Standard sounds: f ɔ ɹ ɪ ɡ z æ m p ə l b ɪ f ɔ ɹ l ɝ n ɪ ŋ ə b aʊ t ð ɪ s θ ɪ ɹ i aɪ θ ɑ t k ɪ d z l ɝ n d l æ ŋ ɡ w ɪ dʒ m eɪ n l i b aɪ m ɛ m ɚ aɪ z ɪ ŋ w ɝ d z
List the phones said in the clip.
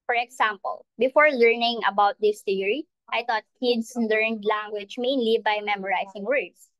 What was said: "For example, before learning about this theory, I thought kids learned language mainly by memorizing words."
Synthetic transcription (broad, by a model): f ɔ ɹ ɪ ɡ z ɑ m p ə l b ɪ f ɔ ɹ l ɝ n ɪ ŋ ə b aʊ t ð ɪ s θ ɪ ɹ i aɪ t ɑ t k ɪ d s l ɝ n d l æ ŋ ɡ w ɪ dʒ m eɪ n l i b aɪ m ɛ m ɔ aɪ s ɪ ŋ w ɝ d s